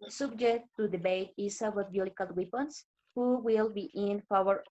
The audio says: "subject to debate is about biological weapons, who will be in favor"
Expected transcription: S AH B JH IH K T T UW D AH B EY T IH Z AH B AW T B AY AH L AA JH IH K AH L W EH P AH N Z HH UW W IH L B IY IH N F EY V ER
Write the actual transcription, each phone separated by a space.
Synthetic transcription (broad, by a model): S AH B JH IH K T T UW D AH B EY T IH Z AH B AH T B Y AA IH K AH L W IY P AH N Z HH UW W IH L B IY IH N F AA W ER